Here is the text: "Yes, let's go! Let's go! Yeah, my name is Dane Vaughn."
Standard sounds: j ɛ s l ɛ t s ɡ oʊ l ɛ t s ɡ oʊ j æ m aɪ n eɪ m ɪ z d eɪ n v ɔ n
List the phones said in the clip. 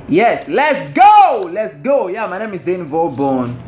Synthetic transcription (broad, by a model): j ɛ s l ɛ t s ɡ oʊ l ɛ t s ɡ oʊ j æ m aɪ n eɪ m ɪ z d eɪ n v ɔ n